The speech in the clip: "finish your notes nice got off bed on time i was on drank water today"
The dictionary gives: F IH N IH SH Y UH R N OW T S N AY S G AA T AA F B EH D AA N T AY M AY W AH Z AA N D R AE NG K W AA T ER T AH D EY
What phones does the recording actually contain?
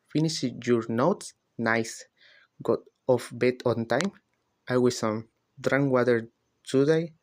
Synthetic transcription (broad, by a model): F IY N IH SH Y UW R N OW T S N AY S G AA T AA F B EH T AA N T AY M AY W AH S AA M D R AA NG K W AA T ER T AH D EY